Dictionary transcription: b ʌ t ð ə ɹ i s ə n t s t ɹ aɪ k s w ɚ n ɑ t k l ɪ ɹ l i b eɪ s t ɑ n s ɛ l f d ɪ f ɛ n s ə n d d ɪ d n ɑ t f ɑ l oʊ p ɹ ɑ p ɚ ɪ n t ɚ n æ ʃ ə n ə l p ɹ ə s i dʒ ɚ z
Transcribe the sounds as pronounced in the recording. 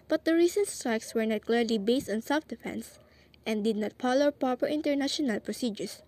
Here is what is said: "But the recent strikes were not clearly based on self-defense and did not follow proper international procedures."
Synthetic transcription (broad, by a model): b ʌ t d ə ɹ i s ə n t s t ɹ aɪ k s w ɚ n ɑ t k l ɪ ɹ l i b eɪ s t ɑ n s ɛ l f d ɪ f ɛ n s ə n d d ɪ d n ɑ t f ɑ l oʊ p ɹ ɑ p ɚ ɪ n t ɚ n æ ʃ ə n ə l p ɹ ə s i dʒ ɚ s